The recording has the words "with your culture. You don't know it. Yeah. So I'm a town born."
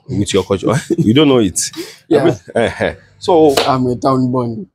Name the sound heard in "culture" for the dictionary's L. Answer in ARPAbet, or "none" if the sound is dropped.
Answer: none